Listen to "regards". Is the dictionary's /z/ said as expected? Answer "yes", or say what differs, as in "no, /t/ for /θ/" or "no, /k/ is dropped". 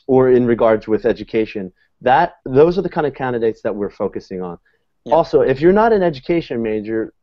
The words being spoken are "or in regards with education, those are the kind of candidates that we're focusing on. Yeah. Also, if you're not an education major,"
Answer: yes